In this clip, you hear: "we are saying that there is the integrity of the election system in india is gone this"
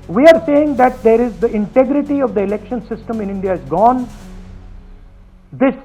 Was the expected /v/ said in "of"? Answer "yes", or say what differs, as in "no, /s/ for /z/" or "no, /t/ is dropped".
yes